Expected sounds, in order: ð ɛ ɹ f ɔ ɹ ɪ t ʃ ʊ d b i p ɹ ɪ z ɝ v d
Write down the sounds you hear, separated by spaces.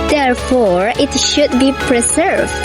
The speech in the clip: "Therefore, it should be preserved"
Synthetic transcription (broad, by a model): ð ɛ ɹ f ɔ ɹ ɪ t ʃ ʊ d b i p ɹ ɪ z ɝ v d